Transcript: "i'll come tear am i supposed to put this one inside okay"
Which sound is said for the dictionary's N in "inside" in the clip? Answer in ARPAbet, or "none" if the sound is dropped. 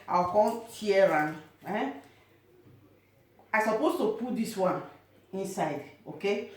N